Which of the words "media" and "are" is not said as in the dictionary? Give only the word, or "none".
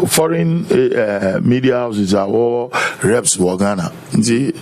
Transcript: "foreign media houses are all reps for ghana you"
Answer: are